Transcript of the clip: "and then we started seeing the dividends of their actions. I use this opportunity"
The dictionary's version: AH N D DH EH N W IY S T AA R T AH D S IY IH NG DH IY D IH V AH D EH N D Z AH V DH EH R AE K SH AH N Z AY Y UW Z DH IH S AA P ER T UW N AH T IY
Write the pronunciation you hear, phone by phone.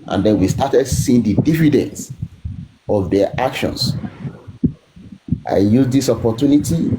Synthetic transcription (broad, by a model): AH N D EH N W IY S T AA T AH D S IY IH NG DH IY D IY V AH D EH N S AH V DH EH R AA K SH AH N S AY Y UW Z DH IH S AA P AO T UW N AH T IY